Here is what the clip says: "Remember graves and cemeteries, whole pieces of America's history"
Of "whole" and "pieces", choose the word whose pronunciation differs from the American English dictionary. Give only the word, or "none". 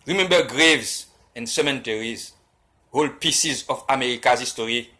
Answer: none